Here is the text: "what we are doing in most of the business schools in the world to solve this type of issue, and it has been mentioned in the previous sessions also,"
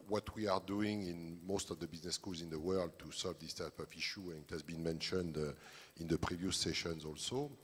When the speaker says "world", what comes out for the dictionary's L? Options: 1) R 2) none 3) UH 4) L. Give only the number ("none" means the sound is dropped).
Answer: 4